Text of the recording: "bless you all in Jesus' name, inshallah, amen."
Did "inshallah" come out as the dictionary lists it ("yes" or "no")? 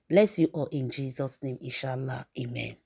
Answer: yes